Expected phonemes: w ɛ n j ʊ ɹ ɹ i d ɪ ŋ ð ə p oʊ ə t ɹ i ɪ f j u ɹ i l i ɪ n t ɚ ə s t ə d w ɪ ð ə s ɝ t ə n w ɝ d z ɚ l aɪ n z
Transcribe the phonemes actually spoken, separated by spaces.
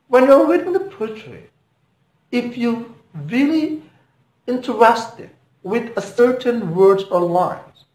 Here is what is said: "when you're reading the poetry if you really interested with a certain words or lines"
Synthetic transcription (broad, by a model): w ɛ n j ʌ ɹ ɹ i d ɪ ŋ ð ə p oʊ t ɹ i ɪ f j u ɹ i l i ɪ n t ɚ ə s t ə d w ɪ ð ə s ɝ t ə n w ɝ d ɚ l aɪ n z